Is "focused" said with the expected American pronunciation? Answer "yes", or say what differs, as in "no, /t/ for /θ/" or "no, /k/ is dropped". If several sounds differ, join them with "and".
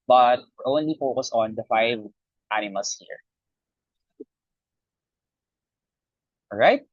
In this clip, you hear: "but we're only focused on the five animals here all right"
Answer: no, /t/ is dropped